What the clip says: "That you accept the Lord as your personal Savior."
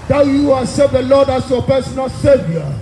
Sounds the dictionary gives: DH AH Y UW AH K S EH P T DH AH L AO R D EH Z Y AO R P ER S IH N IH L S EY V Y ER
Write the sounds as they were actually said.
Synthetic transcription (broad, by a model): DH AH Y UW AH S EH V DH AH L AO D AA S Y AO P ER S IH N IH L S EY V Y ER